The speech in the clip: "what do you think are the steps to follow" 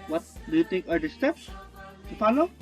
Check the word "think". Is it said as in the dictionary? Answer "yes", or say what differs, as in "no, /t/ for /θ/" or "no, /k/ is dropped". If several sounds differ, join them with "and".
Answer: no, /t/ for /θ/